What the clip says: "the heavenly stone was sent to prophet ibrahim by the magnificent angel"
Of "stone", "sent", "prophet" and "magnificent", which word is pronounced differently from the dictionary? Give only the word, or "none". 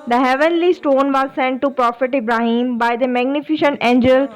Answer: magnificent